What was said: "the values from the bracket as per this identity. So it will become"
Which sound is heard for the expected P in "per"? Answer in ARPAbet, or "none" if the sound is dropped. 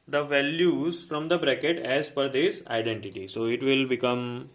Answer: F